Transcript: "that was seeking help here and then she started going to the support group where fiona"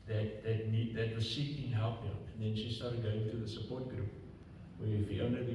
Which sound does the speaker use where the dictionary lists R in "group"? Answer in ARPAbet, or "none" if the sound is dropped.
R